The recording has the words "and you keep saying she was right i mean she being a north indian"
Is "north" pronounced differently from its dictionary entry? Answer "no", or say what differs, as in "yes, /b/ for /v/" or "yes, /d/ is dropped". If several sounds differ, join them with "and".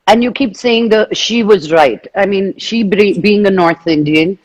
no